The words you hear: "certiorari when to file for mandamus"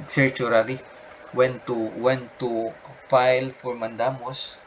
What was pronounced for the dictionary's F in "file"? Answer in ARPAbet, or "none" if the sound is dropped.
F